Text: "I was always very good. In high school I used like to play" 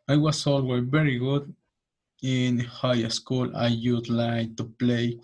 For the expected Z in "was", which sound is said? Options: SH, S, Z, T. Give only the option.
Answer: S